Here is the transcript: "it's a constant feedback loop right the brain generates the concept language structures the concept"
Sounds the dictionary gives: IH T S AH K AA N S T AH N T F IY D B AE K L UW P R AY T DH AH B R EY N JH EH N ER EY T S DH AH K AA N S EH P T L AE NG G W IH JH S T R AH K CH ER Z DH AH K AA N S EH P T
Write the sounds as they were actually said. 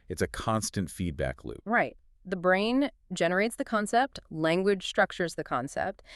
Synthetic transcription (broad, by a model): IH T S AH K AA N S T AH N T F IY D B AE K L UW P R AY T DH AH B R EY N JH EH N ER EY T S DH AH K AA N S EH P T L AE NG G W IH JH S T R AH K CH ER Z DH AH K AA N S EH P T